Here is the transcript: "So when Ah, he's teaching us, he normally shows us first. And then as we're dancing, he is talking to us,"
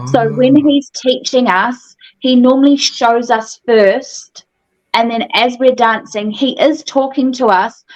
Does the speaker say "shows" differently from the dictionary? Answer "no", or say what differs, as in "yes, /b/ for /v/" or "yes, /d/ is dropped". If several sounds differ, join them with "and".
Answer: no